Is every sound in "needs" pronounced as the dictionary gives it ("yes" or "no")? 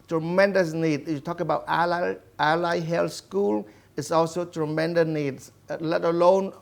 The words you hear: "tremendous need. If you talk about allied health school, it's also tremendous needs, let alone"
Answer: no